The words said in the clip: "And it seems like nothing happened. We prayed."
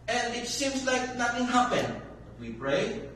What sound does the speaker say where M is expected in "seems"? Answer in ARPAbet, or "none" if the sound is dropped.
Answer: M